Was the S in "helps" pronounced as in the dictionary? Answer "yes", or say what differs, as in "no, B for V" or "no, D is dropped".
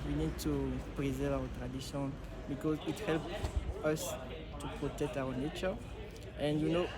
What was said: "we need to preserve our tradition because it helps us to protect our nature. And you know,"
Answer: no, S is dropped